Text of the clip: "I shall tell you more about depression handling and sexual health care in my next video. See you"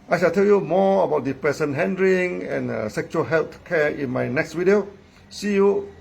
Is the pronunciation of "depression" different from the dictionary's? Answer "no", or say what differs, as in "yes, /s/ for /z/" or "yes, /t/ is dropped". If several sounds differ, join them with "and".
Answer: yes, /s/ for /ʃ/